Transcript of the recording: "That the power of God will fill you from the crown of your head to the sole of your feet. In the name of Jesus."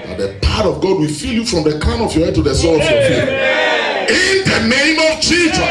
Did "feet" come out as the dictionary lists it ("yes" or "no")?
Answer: no